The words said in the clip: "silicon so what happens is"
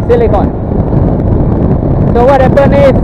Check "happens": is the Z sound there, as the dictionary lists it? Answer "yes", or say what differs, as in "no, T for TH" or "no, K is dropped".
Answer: no, Z is dropped